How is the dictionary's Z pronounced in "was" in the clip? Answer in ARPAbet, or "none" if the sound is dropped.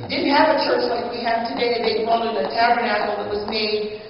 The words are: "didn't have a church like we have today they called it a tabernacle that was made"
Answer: Z